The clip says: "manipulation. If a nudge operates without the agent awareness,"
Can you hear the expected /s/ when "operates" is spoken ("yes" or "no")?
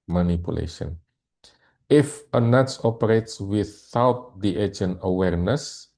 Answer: yes